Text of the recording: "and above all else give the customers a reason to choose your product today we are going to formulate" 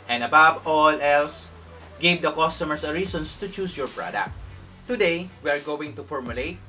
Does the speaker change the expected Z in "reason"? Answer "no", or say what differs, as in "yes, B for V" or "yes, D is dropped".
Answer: yes, S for Z